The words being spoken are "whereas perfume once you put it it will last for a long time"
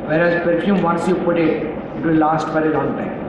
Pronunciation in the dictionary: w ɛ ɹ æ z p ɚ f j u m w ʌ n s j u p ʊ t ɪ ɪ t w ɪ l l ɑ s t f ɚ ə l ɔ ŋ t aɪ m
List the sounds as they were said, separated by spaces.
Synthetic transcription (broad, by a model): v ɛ ɹ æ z p ɚ f j u m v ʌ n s j u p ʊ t ɪ ɪ t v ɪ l l ɑ s t p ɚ ə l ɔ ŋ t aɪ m